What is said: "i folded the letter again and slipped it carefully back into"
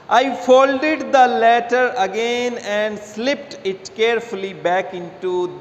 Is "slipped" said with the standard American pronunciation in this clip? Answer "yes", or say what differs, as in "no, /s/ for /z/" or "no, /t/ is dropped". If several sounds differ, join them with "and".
yes